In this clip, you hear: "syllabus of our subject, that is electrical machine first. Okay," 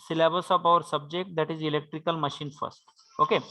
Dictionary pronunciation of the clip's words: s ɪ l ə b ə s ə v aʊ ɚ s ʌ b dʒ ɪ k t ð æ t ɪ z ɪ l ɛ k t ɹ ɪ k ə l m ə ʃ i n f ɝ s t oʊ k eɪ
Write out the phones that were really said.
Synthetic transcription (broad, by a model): s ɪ l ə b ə s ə p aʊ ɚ s ʌ b dʒ ɪ k t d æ t ɪ z ɪ l ɛ k t ɹ ɪ k ə l m ə ʃ i n f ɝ s t oʊ k eɪ